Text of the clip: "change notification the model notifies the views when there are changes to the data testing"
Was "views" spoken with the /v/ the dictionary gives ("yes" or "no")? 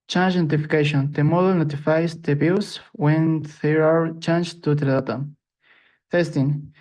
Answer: no